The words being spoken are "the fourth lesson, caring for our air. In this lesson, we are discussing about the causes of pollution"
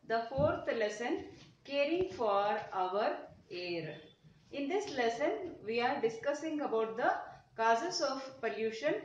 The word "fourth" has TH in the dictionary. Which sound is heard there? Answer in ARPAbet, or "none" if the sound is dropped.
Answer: T